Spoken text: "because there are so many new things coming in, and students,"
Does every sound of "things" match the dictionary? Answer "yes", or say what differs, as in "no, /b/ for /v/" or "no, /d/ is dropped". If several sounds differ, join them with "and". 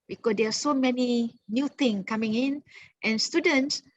no, /t/ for /θ/ and /z/ is dropped